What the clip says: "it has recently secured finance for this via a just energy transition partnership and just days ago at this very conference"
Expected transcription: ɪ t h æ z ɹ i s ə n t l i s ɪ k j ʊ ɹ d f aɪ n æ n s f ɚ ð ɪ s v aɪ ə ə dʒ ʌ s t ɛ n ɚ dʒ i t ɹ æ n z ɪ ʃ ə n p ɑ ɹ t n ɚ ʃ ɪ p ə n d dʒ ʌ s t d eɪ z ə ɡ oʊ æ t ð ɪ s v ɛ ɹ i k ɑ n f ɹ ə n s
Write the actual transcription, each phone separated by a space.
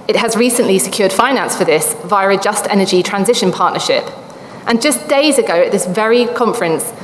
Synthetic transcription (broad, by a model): ɪ t h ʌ z ɹ i s ə n t l i s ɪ k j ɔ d f aɪ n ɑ n s f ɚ ð ɪ s v aɪ ə ə dʒ ʌ s t ɛ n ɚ dʒ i t ɹ æ n z ɪ ʃ ə n p ɑ t n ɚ ʃ ɪ p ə n dʒ ʌ s d eɪ z ə ɡ oʊ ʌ t ð ɪ s v ɛ ɹ i k ɑ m f ɹ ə n s